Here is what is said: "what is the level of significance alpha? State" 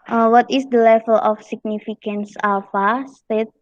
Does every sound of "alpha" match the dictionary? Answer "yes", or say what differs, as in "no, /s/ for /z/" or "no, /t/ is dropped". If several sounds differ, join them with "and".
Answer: no, /l/ is dropped